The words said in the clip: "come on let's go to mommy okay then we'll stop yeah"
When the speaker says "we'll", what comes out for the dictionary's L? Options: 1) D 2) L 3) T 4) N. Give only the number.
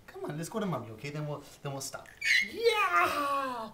4